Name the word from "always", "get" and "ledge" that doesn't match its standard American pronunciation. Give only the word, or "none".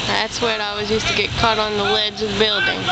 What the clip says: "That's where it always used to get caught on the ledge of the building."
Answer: always